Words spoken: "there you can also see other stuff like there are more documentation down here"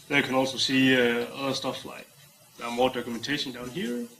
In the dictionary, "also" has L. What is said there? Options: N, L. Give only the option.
L